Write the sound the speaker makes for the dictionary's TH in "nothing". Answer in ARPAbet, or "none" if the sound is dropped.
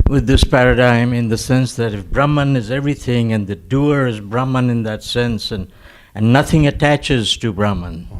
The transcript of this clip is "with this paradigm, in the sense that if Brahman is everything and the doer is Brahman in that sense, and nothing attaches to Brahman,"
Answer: TH